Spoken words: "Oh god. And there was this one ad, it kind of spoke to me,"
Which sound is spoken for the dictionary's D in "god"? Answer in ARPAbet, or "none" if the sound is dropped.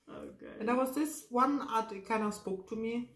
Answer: none